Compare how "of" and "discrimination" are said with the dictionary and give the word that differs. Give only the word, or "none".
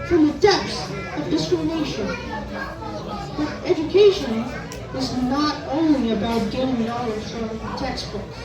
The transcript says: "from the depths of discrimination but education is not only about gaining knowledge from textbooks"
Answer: none